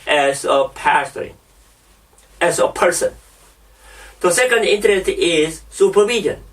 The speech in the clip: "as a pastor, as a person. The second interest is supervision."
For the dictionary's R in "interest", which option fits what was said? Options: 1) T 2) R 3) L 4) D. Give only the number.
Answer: 2